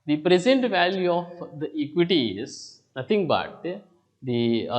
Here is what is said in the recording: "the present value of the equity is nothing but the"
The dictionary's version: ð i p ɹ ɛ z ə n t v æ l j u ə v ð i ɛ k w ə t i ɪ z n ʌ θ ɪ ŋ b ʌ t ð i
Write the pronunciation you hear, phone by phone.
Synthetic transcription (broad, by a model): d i p ɹ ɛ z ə n t v æ l j u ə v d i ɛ k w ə t i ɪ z n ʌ t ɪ ŋ b ʌ t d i